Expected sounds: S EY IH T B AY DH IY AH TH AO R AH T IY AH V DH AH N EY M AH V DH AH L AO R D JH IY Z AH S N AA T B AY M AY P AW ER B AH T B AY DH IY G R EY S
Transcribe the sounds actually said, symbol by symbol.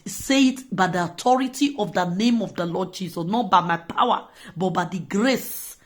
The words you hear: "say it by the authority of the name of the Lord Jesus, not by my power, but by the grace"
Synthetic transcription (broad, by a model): S EY IH T B AY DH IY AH T AO R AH T IY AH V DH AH N EY M AH V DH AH L AO D JH IY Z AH S N AA T B AY M AY P AW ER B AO T B AY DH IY G R EY S